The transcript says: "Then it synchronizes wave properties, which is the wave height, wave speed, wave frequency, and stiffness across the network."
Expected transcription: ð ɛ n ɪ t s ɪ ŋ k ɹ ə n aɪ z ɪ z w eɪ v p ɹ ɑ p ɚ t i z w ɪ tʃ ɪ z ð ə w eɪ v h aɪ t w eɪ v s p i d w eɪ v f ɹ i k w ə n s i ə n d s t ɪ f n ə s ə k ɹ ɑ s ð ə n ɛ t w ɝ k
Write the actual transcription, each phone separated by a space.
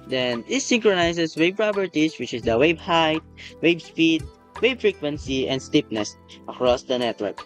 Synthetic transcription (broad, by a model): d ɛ n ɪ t s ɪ ŋ k ɹ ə n aɪ s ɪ s w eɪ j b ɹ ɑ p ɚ t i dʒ w ɪ tʃ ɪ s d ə w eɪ b h aɪ t w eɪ b s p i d w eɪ b f ɹ i k w ə n s i ə n d s t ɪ p n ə s ə k ɹ ɑ s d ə n ɛ t w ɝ k